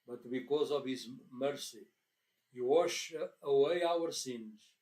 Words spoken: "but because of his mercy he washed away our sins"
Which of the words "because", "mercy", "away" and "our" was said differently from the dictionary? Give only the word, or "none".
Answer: none